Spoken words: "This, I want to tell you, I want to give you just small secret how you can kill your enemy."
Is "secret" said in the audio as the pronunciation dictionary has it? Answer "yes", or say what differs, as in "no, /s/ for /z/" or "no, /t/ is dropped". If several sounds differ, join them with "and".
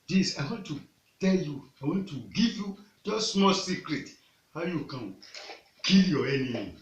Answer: yes